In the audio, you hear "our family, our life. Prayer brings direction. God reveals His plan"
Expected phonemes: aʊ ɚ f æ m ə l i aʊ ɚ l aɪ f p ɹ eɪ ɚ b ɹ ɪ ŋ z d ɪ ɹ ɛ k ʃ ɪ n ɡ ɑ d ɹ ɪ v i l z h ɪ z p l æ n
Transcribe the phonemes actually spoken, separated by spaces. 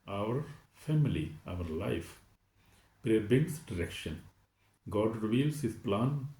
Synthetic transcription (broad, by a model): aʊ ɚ f æ m ə l i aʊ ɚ l aɪ f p ɹ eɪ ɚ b ɪ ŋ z d ɪ ɹ ɛ k ʃ ɪ n ɡ ɑ d ɹ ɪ v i l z h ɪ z p l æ n